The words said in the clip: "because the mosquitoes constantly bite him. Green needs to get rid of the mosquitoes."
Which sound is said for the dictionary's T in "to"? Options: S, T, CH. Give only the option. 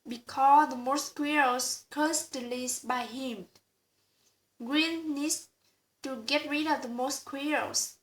T